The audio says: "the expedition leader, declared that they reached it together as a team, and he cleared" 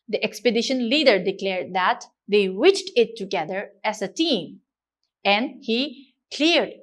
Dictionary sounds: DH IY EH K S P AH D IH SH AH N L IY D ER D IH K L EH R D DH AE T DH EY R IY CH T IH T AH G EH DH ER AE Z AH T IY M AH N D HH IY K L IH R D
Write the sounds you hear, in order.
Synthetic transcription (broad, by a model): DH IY EH K S P AH D IH SH AH N L IY D ER D IH K L EH R D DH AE T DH EY W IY CH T IH T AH G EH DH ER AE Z AH T IY M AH N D HH IY K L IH R D